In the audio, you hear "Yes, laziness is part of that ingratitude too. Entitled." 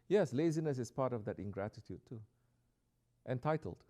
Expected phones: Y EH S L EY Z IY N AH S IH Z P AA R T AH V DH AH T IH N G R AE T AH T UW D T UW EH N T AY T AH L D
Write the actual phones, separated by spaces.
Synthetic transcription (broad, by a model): Y EH S L EY Z IY N AH S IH S P AA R T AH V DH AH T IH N G R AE T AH T UW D T UW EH N T AY T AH L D